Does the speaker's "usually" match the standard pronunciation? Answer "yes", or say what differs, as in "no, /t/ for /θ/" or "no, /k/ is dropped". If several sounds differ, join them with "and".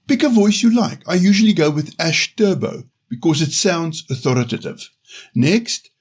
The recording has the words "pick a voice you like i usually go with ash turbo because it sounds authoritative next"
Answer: yes